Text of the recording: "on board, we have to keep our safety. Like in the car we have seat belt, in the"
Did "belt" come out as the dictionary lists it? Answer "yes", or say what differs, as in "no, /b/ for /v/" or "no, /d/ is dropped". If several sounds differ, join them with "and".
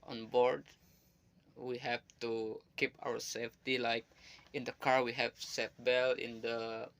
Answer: no, /t/ is dropped